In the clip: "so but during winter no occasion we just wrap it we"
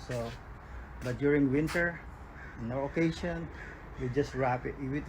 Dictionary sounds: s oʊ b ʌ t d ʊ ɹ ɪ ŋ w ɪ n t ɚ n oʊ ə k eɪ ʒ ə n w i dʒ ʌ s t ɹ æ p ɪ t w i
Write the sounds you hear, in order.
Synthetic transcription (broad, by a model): s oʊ b ʌ t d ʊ ɹ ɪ ŋ w ɪ n t ɚ n oʊ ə k eɪ ʃ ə n w i dʒ ʌ s t ɹ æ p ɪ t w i